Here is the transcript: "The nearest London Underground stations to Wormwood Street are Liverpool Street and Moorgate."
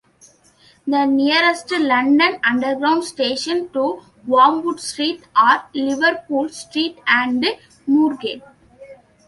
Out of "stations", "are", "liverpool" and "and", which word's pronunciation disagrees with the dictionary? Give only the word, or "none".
stations